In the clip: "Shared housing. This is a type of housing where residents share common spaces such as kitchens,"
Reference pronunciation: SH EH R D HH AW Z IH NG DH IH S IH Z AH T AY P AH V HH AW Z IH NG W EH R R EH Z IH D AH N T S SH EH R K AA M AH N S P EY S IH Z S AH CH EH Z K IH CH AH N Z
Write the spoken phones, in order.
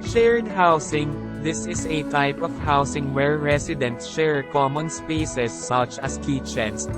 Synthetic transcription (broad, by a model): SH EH R D HH AW S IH NG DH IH S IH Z AH T AY P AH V HH AW S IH NG W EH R R EH S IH D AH N T S SH EH R K AA M AH N S P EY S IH S AH CH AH S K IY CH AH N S